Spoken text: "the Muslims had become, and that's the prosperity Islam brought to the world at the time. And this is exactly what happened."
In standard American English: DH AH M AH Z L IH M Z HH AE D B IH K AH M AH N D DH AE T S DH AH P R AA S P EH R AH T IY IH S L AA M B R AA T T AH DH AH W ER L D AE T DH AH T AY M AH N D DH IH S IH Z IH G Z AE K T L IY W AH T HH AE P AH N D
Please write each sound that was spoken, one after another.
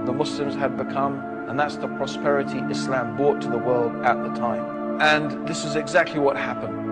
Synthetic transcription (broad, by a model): DH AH M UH S L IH M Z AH D B IH K AH M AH N DH AE T S DH AH P R AA S P EH R AH T IY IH S L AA M B R AA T T AH DH AH W ER L D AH T DH AH T AY M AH N DH IH S IH Z IH G Z AE K T L IY W AH T HH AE P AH N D